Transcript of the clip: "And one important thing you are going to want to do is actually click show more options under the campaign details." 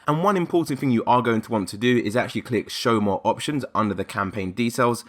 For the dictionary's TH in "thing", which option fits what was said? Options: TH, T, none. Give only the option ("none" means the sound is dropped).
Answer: TH